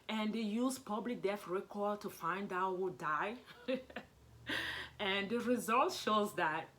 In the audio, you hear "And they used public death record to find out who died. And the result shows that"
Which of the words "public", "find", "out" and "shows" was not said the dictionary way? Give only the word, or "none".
none